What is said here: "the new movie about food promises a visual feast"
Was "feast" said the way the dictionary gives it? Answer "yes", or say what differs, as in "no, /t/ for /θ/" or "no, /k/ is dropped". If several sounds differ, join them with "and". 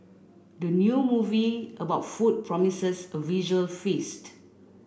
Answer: yes